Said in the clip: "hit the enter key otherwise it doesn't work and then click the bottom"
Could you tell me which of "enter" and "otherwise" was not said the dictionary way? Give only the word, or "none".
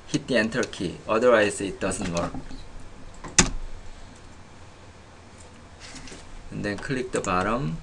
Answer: otherwise